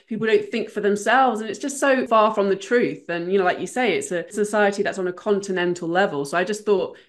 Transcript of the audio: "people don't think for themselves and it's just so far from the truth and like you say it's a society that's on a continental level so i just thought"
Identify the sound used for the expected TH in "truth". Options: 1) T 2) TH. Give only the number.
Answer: 2